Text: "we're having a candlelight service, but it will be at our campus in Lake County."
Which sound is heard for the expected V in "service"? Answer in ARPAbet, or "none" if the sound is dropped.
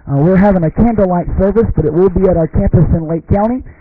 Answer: V